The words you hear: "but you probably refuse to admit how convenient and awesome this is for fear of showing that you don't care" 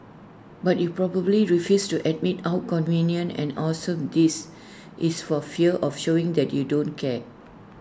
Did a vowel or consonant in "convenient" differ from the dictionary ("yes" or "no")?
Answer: yes